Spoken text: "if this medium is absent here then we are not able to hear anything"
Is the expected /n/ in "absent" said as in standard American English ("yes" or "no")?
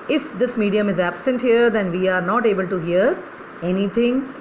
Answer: yes